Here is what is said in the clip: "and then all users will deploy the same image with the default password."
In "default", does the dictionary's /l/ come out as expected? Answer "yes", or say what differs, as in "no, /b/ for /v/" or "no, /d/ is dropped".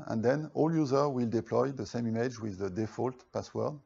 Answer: yes